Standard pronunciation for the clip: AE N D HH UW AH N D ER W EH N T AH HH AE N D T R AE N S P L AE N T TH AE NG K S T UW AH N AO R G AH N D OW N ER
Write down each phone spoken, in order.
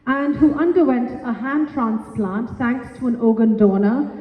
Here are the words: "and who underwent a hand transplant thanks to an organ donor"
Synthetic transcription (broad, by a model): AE N D HH UW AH N D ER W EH N T AH HH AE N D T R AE N S P L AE N T S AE NG K T UW AH N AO G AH N D OW N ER